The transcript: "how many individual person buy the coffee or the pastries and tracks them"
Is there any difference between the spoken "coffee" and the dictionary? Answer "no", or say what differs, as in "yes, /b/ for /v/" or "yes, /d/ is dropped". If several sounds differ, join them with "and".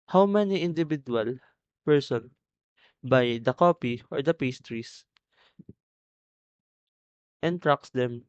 yes, /p/ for /f/